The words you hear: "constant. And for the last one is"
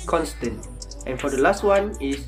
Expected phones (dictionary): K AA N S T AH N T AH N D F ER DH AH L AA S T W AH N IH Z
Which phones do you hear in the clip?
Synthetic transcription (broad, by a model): K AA N S T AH N T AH N F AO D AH L AA S T W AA N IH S